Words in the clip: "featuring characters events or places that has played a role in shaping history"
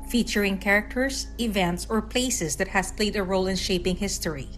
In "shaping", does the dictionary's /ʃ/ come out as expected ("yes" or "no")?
yes